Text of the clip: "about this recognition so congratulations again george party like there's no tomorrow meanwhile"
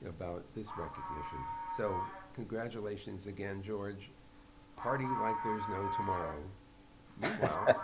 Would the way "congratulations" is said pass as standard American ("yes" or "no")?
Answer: yes